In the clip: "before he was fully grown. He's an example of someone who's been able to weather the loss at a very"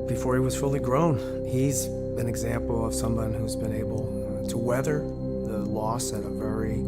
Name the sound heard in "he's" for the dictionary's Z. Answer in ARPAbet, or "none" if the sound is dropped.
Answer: Z